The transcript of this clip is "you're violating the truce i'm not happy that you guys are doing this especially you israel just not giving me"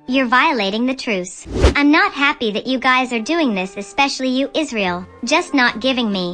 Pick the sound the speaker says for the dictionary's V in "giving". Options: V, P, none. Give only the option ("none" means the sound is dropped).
V